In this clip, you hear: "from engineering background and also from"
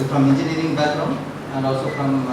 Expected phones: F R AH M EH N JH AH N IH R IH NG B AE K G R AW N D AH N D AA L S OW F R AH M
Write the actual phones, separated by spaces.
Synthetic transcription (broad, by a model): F R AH M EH N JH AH N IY R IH NG B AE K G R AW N AH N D AA L S OW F R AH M